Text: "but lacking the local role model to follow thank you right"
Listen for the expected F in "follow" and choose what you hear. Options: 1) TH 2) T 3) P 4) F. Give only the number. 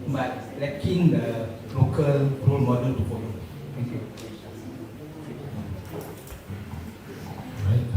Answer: 3